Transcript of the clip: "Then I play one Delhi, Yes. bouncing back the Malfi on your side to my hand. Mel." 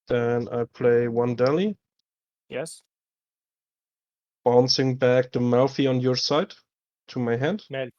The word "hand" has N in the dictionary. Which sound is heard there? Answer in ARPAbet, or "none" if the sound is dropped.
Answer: N